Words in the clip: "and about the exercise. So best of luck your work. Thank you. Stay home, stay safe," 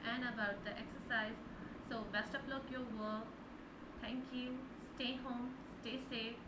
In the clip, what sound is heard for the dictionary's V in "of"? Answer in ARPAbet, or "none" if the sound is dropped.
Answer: P